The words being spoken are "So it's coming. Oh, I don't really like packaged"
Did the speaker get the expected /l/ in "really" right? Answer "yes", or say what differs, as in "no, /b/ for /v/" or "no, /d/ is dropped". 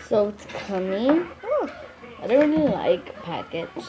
no, /n/ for /l/